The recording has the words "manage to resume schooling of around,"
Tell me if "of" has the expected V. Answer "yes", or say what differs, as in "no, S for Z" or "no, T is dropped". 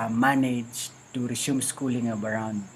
no, B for V